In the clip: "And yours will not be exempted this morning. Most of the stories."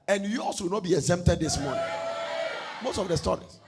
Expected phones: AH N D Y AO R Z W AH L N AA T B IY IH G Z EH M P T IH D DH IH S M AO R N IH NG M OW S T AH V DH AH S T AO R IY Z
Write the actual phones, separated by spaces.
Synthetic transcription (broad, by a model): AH N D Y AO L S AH W N AA T B IY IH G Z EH M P T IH D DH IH S M AO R N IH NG M OW S T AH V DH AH S T AO R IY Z